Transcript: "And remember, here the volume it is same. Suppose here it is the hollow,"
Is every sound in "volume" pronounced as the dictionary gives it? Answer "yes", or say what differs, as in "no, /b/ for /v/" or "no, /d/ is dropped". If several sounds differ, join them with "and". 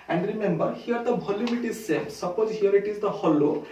no, /b/ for /v/ and /m/ is dropped